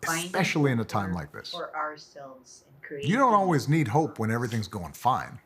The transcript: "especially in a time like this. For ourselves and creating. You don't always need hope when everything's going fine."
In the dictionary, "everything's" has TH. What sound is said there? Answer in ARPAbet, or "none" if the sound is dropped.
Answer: TH